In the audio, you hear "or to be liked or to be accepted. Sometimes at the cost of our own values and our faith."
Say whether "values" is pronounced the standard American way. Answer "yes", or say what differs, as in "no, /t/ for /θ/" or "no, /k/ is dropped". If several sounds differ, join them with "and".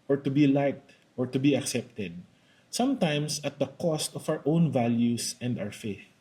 no, /s/ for /z/